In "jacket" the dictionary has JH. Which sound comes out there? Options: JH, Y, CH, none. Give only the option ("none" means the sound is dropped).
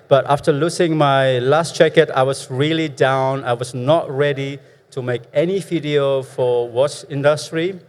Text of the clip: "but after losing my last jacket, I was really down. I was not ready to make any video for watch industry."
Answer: CH